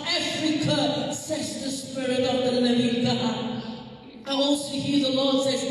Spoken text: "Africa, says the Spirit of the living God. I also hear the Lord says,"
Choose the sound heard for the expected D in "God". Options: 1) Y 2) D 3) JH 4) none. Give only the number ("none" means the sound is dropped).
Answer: 4